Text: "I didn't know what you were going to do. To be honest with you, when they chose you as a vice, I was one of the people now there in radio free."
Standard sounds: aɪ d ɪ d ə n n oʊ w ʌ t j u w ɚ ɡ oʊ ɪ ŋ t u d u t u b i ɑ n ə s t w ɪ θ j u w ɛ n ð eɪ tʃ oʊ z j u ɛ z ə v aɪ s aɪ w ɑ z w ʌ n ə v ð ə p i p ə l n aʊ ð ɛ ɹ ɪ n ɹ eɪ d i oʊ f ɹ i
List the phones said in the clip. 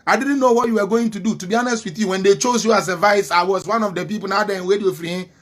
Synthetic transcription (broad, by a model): aɪ d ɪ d n n oʊ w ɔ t j u w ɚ ɡ oʊ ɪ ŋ t u d u t u b i ɑ n ə s t w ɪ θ j u w ɛ n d eɪ tʃ oʊ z j u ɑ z ə v aɪ s aɪ w ɑ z w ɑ n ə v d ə p i p ə l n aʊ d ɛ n w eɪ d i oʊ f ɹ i